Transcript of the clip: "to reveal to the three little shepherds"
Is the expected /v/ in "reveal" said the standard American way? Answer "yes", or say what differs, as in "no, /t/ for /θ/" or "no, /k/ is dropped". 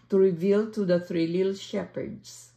yes